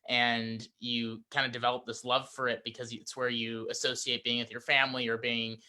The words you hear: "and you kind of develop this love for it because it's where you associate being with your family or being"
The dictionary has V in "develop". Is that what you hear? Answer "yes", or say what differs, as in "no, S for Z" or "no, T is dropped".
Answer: yes